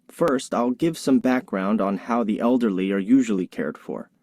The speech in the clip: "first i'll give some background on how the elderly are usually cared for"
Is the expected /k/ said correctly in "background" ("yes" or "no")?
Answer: yes